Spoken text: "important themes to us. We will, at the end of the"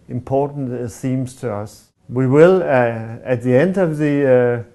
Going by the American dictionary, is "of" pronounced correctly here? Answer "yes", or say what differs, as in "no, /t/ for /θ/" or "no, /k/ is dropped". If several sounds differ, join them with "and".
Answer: yes